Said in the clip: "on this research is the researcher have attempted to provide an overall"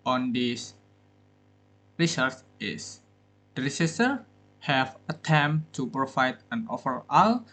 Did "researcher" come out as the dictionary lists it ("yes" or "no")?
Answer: no